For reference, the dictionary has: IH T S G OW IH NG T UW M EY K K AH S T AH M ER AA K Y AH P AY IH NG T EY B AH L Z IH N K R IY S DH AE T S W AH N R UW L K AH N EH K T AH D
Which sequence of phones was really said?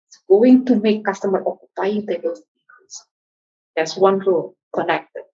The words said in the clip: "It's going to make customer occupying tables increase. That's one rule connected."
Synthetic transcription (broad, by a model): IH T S G OW IH NG T UW M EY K K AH S T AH M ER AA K Y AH P AY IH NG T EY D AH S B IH K AO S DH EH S W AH N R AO L K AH N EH K T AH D